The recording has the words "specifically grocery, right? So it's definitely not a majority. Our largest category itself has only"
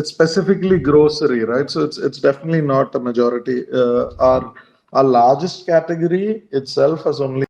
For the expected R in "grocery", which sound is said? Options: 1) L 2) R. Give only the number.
2